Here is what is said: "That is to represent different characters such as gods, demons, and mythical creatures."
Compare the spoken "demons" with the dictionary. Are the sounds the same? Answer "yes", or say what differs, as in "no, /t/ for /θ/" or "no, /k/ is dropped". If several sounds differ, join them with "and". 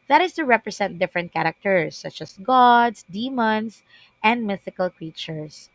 no, /s/ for /z/